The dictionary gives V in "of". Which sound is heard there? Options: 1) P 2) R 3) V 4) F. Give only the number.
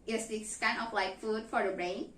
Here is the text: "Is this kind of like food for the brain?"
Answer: 1